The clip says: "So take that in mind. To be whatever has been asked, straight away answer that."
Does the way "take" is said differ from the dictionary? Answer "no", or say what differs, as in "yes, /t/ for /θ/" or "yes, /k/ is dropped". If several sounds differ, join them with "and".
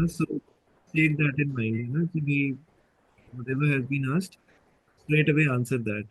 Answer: yes, /s/ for /t/